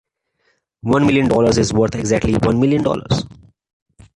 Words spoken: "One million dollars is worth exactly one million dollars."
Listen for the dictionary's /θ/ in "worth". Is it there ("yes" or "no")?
no